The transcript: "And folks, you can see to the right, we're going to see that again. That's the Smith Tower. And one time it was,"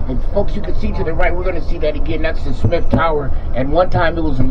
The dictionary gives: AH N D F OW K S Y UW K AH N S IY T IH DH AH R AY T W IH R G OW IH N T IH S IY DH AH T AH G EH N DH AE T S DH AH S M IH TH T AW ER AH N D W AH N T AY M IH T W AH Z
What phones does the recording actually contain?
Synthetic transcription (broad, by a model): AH F OW K S Y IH K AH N S IY T IH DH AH R AY T W IH R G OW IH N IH S IY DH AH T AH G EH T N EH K S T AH S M IH F T AW ER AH N W AH N T AY M IH T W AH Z